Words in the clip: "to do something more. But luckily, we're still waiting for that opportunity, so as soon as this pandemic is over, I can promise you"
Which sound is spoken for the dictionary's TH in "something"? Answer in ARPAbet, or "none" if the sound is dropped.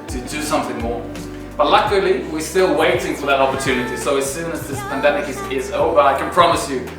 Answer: TH